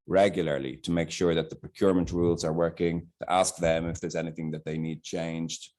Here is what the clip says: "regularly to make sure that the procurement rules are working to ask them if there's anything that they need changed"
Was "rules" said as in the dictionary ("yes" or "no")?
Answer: yes